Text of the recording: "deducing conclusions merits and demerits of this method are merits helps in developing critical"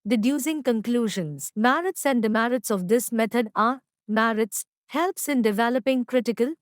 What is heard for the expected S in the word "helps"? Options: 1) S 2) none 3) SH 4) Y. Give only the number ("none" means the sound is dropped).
1